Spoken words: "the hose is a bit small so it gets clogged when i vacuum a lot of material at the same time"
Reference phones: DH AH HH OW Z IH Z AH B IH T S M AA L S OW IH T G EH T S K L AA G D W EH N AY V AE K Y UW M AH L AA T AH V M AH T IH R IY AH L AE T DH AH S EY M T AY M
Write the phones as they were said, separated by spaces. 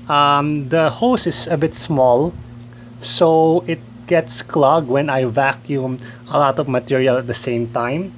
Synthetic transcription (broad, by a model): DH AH HH OW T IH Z AH B IH T S M AA L S OW IH T G EH T S K L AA G W EH N AY V AE K Y UW M AH L AA T AH V M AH T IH R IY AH L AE T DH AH S EY M T AY M